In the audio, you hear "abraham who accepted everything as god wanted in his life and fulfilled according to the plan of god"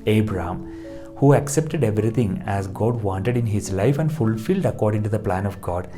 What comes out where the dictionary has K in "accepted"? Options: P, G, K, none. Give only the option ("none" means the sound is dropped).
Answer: K